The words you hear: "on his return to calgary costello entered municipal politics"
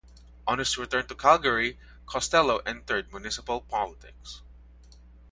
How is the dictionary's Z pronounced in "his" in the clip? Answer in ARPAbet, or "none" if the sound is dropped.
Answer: S